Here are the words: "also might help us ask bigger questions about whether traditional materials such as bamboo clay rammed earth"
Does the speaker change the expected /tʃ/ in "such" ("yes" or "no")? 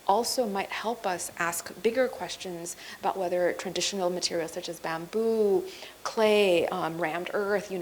no